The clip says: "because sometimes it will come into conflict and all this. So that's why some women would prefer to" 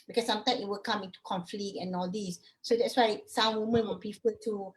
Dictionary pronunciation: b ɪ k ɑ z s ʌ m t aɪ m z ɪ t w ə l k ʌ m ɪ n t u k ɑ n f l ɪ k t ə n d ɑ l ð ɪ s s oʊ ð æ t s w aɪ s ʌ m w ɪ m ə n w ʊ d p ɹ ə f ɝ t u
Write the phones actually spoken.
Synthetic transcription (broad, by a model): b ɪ k ɑ s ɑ m t aɪ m ɪ t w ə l k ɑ m ɪ n t u k ɑ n f l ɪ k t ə n ɑ l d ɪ s s oʊ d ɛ t s w aɪ s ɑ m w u m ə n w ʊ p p ə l t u